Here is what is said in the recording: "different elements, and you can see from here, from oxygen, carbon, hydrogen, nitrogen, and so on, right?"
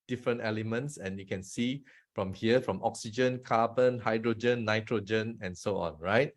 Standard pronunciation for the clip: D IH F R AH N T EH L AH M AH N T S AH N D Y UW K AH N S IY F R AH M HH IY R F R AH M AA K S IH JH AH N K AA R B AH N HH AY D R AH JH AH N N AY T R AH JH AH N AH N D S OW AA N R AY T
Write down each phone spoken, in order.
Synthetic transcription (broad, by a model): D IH F R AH N T EH L AH M AH N T S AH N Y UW K AH N S IY F R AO M HH IY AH F R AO M AA K S IH JH AH N K AA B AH N HH AY D R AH JH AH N N AY T R AH JH AH N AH N S OW AA N R AY T